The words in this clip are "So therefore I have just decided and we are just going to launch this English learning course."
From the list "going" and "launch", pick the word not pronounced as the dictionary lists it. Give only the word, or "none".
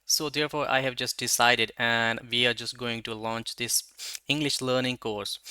none